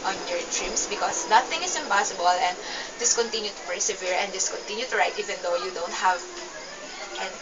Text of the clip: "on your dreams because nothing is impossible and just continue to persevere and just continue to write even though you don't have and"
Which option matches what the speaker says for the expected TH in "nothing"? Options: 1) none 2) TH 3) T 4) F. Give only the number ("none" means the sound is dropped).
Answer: 3